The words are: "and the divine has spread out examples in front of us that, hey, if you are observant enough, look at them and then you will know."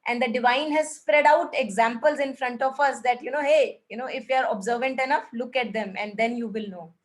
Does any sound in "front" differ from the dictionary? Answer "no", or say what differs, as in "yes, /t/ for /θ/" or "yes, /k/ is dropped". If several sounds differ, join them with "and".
no